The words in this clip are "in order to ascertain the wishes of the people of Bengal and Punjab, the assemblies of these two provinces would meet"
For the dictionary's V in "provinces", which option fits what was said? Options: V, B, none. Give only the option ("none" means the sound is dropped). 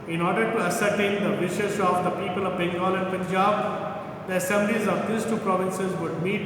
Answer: V